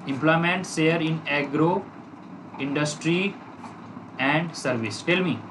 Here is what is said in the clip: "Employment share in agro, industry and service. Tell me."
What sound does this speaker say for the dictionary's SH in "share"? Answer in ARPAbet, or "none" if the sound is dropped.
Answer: S